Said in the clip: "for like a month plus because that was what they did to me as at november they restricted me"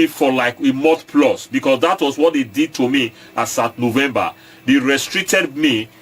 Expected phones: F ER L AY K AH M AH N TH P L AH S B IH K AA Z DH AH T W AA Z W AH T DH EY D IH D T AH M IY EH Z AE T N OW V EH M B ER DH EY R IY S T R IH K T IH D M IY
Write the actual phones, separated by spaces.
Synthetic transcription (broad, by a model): F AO L AY K AH M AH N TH P L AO S B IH K AA S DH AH T W AA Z W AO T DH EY D IH D T AH M IY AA S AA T N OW V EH M B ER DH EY R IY S T R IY K T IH D M IY